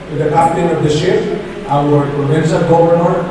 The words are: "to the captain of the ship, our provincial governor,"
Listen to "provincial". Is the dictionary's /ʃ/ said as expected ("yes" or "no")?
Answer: no